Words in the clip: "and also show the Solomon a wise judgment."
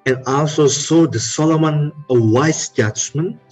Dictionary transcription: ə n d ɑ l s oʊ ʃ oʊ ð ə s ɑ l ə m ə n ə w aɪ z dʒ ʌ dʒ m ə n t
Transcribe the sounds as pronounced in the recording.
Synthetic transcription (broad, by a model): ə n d ɑ l s oʊ s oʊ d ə s ɑ l ə m ə n ə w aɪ s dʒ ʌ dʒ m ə n